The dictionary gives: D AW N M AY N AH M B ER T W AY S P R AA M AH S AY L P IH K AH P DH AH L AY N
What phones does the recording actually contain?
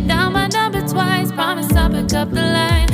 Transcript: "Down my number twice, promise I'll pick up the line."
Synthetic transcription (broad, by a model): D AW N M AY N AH B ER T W AY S P R AA M AH S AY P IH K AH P DH AH L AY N